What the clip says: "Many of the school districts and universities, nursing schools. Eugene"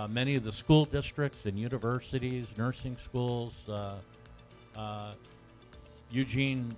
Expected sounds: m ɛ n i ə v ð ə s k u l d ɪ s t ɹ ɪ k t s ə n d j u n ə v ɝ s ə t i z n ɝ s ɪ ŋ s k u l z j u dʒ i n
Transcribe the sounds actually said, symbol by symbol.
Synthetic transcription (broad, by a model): m ɛ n i ə v ð ə s k u l d ɪ s t ɹ ɪ k t s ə n j u n ə v ɝ s ə t i z n ɝ s ɪ ŋ s k u l z j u dʒ i n